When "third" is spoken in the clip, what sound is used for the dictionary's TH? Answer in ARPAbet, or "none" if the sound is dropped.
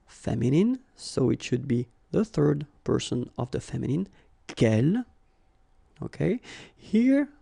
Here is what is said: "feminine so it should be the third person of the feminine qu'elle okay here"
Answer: TH